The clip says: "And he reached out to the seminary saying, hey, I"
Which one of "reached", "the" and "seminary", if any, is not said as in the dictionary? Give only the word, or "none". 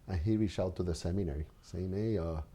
reached